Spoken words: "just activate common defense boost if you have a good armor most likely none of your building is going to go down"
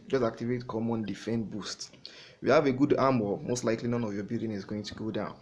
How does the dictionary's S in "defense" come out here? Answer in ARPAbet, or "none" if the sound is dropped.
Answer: none